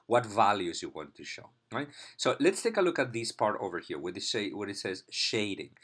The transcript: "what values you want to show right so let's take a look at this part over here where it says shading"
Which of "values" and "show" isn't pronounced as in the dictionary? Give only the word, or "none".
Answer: none